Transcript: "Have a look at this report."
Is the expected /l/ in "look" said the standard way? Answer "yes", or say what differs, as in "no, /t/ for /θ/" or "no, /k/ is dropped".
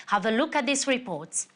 yes